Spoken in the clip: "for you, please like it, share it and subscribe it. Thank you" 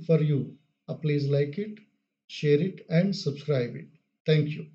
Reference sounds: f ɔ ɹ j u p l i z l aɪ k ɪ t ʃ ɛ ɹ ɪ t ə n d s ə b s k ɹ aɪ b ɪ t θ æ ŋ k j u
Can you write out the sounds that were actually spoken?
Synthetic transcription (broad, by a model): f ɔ ɹ j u p l i z l aɪ k ɪ t ʃ ɛ ɹ ɪ t ə n d s ə b s k ɹ aɪ b ɪ t t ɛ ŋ k j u